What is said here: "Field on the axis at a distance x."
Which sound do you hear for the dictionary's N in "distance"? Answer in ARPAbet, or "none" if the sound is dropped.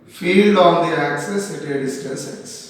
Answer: none